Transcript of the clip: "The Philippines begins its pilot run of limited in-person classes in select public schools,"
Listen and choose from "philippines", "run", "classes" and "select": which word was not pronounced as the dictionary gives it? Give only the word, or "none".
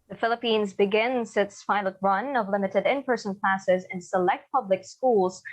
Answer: none